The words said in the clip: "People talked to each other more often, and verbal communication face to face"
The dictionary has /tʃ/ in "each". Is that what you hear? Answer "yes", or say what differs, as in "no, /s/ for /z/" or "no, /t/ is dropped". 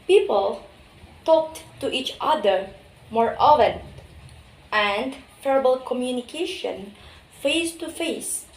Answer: yes